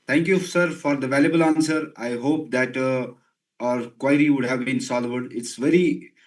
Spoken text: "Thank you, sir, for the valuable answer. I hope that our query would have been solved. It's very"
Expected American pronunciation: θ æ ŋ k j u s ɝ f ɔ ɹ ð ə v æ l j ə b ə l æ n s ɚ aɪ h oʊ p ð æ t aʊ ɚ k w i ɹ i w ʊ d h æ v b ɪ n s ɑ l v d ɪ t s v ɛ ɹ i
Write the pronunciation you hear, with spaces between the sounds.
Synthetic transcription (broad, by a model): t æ ŋ k j u s ɝ f ɔ ɹ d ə v æ l j ə b ə l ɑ n s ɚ aɪ h oʊ p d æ t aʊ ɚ k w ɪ ɹ i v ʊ d h æ v b ɪ n s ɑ l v d ɪ t s v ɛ ɹ i